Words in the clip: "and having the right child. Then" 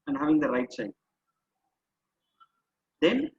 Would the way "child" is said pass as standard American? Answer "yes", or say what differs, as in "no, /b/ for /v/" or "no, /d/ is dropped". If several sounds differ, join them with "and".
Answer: no, /s/ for /tʃ/